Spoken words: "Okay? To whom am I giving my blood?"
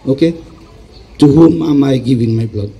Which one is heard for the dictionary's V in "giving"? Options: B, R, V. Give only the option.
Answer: B